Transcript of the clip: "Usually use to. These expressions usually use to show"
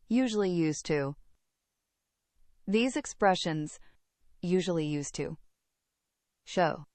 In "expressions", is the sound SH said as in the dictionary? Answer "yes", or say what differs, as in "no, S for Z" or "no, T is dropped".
yes